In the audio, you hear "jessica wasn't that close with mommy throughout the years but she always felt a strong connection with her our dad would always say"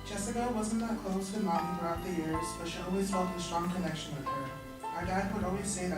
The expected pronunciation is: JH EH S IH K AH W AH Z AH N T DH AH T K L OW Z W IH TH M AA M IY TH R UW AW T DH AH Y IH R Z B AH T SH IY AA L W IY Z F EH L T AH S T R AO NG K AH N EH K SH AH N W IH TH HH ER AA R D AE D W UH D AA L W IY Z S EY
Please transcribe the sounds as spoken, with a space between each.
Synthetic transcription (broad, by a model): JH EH S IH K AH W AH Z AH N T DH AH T K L OW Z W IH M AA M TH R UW AW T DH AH Y IH R Z B AH T SH IY AA L W IY Z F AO T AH S T R AO NG K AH L EH K SH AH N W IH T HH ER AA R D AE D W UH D AA L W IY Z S EY